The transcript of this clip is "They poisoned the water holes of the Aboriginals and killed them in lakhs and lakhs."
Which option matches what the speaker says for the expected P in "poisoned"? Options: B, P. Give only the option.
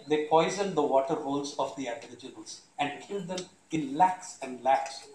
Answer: P